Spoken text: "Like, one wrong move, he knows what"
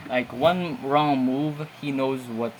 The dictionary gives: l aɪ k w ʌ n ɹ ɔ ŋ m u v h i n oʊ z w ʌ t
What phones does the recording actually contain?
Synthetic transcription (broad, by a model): l aɪ k w ʌ n ɹ ɔ ŋ m u v h i n oʊ z w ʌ t